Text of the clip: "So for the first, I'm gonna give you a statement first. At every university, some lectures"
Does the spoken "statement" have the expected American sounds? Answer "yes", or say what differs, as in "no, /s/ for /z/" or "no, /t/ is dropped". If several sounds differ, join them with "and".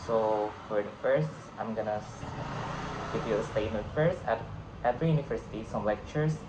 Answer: no, /n/ is dropped